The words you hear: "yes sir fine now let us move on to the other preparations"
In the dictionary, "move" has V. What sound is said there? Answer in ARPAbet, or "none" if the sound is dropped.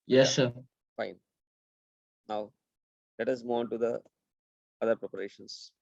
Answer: none